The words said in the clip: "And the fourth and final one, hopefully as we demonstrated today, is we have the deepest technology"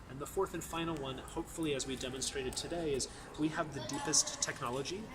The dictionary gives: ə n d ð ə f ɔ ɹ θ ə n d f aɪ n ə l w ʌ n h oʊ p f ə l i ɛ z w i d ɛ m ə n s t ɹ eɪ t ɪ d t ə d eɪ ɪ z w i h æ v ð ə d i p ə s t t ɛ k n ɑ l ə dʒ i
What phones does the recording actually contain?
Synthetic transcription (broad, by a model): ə n ð ə f ɔ ɹ θ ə n f aɪ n l w ʌ n h oʊ p f l i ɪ z w i d ɛ m ə n s t ɹ eɪ t ɪ d t ə d eɪ ɪ z w i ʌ v ð ə d i p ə s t t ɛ k n ɑ l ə dʒ i